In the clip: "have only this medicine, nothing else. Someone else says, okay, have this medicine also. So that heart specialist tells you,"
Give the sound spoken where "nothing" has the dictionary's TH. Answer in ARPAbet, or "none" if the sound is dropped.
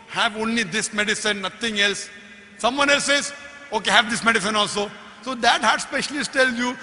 T